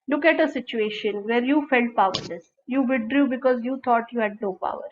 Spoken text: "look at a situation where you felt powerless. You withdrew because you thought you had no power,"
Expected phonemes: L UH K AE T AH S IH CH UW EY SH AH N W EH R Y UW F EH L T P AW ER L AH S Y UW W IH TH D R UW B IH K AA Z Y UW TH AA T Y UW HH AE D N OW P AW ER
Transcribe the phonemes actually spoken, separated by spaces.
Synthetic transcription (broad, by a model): L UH K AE T AH S IH CH UW EY SH AH N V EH R Y UW F EH L T P AW ER L AH S Y UW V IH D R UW B IH K AA Z Y UW T AA T Y UW HH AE D N OW P AW ER